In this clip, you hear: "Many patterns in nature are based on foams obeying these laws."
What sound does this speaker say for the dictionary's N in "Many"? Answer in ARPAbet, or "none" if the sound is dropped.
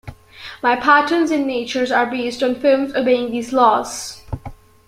none